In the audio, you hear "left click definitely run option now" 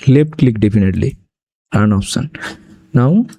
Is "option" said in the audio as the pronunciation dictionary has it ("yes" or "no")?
no